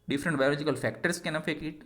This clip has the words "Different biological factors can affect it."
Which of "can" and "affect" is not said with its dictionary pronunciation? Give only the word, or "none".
affect